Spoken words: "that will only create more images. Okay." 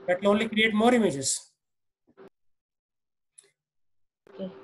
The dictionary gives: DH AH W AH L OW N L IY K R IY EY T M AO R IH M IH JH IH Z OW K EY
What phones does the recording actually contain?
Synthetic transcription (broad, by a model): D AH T L OW N L IY K R IY EY T M AO R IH M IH JH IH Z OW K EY